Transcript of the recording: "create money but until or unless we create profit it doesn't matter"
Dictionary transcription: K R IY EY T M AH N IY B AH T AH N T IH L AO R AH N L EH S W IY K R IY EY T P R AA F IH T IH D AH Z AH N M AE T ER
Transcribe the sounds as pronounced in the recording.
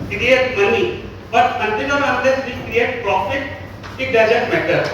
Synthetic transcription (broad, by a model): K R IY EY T M AH N IY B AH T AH N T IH N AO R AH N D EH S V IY K R IY EY T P R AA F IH T IH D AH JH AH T M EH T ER